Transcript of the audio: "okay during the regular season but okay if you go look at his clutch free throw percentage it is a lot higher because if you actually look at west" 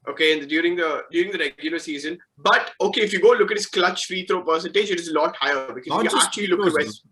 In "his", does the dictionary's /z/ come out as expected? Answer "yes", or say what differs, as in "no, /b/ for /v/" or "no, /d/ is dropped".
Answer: no, /s/ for /z/